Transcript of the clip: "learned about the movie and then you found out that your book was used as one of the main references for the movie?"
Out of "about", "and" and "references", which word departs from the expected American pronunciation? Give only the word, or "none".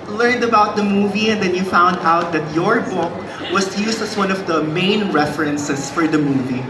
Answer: references